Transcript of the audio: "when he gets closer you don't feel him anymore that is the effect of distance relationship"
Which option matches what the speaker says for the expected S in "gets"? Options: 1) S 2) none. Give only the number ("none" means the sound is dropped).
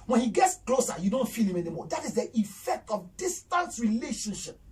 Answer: 1